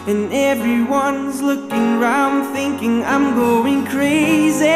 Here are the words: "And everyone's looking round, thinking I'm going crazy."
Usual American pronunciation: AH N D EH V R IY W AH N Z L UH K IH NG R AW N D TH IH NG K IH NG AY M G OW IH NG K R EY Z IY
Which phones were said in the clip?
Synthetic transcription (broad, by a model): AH N EH V R IY W AH N Z L UH K IH NG R AW N D TH IH NG K IH NG AY M G OW IH NG K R EY Z IY